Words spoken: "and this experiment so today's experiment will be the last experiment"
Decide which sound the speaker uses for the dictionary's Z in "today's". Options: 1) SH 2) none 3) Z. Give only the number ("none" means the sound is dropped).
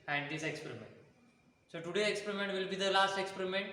2